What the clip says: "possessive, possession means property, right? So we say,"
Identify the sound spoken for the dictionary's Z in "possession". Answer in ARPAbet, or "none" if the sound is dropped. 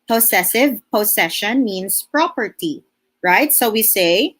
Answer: S